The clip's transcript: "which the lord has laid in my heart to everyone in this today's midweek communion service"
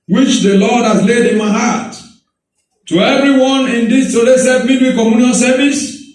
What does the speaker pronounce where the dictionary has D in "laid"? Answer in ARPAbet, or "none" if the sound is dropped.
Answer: D